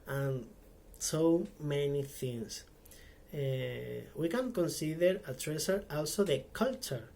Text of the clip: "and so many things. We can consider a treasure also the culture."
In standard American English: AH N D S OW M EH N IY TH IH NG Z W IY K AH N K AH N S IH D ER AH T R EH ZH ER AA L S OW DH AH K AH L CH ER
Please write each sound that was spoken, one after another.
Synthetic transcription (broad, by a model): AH N S OW M EH N IY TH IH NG S W IY K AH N K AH N S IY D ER AH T R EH S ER AA L S OW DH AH K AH L CH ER